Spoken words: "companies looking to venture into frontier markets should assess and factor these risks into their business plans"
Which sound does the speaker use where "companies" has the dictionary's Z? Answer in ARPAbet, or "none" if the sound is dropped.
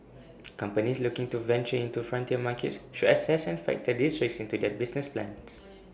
S